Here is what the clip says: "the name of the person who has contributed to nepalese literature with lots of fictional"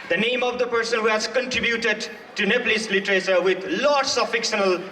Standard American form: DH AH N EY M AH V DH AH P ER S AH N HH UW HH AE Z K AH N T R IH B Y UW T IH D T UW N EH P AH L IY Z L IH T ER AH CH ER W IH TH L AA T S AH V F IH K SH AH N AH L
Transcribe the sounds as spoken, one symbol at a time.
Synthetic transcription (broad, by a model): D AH N EY M AH V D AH P ER S AH N HH UW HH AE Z K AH N T R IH B Y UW T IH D T UW N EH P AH L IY S L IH T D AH S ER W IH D L AA T S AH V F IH K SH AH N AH L